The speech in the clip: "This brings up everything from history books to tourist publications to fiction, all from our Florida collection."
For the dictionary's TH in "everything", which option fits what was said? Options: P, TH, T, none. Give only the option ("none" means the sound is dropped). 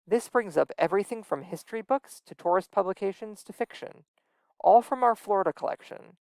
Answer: TH